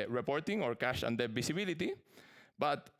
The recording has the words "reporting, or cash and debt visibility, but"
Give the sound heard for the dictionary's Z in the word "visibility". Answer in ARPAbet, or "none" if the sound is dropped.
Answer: S